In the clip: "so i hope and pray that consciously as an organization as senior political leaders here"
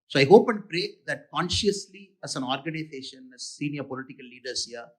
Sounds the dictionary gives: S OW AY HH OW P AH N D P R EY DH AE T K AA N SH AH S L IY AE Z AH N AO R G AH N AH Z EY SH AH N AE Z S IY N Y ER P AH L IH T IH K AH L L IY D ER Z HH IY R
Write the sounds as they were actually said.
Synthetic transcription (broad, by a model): S OW AY HH OW P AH N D P R EY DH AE T K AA N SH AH S L IY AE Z AH N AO R G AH N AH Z EY SH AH N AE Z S IY N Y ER P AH L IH T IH K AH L L IY D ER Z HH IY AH